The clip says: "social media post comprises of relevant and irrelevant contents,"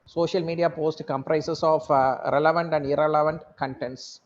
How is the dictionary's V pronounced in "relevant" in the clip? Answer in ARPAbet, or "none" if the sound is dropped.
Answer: V